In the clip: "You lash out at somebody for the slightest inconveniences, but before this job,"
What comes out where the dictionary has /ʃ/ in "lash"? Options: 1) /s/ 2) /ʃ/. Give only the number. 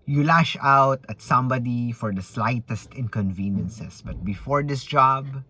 2